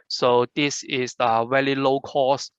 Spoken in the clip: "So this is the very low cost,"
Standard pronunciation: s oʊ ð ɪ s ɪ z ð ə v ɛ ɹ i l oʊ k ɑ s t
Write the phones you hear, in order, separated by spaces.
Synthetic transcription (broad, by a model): s oʊ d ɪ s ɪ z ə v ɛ l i l oʊ k ɑ s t